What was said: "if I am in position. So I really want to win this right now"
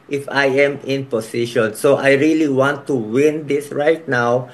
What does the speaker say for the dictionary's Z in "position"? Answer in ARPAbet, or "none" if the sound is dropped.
S